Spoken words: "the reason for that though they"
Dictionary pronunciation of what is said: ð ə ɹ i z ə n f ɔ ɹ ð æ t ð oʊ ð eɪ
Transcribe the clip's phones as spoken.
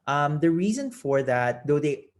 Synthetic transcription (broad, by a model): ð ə ɹ i z ə n f ɔ ɹ ð æ t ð oʊ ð eɪ